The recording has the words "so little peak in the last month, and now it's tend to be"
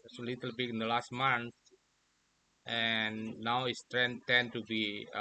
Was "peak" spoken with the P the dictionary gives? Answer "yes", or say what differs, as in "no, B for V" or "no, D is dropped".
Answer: no, B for P